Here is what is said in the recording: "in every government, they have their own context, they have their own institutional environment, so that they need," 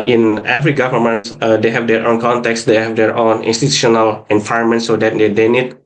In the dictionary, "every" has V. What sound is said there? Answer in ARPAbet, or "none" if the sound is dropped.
F